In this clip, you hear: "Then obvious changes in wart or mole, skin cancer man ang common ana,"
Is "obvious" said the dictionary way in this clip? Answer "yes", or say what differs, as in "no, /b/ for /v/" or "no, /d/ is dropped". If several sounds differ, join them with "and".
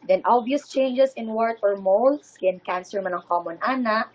no, /v/ is dropped